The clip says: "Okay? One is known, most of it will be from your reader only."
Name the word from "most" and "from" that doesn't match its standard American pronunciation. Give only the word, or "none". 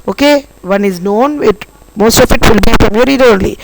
from